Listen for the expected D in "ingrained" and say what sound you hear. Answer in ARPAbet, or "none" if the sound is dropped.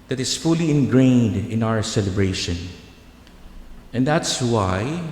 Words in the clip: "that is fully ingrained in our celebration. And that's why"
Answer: D